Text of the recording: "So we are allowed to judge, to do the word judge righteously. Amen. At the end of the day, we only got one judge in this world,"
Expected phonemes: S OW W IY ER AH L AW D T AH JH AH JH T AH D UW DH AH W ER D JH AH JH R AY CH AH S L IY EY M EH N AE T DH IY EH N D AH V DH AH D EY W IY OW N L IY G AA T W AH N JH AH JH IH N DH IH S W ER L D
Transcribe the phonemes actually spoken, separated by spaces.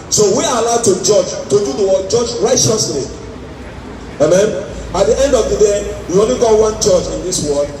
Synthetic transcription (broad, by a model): S OW W IY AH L AW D T AH JH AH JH T AH D UW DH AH W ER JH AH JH R AY CH AH S L IY EY M EH N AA T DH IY EH N D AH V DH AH D EY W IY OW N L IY G AA T W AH N CH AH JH IH N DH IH S W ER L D